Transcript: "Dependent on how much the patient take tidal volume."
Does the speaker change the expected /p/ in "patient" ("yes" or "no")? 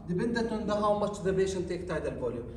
yes